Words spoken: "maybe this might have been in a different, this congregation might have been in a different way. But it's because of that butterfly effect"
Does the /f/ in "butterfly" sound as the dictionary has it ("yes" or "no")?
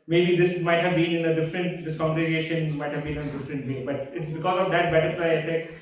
no